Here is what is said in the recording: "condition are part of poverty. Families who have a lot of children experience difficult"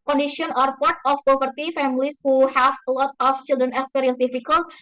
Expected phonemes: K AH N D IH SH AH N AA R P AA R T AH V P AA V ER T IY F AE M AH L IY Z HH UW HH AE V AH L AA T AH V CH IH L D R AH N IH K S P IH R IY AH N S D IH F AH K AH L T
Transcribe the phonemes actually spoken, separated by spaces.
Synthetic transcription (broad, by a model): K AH N D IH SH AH N AA R P AA R T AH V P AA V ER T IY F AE M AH L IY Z HH UW HH AE V L AA T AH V CH IH L D R AH N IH S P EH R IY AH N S D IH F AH K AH L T